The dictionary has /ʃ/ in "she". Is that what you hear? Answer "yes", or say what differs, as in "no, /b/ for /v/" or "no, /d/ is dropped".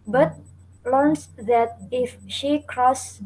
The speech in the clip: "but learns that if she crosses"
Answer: yes